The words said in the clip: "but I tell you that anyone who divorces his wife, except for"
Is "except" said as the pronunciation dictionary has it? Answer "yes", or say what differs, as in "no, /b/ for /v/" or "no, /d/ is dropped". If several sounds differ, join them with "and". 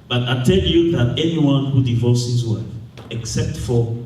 yes